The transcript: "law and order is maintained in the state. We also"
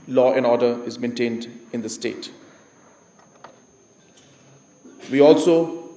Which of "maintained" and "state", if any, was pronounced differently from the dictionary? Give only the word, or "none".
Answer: none